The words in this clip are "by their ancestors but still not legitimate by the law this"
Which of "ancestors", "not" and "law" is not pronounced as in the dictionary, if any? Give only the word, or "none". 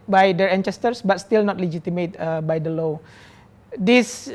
ancestors